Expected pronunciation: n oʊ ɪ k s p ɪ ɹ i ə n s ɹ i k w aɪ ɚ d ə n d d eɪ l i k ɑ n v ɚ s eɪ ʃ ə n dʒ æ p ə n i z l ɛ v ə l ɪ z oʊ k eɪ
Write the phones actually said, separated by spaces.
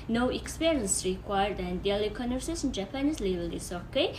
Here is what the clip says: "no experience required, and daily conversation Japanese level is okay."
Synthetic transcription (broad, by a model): n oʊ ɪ k s p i ɹ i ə n s ɹ i k w aɪ ɚ d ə n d d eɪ l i k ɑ n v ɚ s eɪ s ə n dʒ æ p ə n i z l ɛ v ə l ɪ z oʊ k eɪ